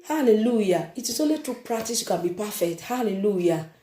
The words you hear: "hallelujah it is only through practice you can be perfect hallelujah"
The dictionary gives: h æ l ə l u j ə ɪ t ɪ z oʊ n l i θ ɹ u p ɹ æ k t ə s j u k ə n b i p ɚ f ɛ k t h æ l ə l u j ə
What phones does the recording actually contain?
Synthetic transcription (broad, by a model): h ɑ l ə l u j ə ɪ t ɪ s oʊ l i t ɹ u p ɹ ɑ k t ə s j u k ə n b i p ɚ f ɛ k t h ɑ l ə l u j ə